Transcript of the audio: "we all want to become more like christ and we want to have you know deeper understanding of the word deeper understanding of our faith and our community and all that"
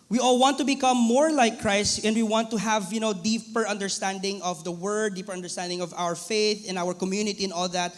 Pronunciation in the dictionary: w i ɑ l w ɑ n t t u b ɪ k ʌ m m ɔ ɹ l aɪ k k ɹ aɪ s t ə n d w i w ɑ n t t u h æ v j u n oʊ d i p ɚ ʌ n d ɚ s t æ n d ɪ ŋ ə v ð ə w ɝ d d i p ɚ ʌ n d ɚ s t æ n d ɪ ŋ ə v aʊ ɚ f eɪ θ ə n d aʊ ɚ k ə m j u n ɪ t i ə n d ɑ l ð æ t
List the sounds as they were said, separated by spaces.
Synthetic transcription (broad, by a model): w i ɑ l w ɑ n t t u b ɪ k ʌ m m ɔ ɹ l aɪ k k ɹ aɪ s t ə n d w i w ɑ n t t u h æ v j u n oʊ d i p ɚ ʌ n d ɚ s t æ n d ɪ ŋ ə v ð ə w ɝ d d i p ɚ ʌ n d ɚ s t æ n d ɪ ŋ ə v aʊ ɚ f eɪ θ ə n aʊ ɚ k ə m j u n ɪ t i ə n ɑ l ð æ t